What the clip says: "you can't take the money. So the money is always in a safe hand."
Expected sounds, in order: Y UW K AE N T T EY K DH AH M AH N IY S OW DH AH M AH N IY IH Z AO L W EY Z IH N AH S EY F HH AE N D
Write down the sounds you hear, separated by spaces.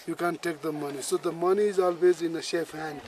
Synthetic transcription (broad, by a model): Y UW K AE N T T EY K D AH M AH N IY S OW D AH M AH N IY IH Z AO L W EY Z IH N AH SH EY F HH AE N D